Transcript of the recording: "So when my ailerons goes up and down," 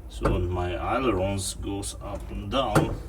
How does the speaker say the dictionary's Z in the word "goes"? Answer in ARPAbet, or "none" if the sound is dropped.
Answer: S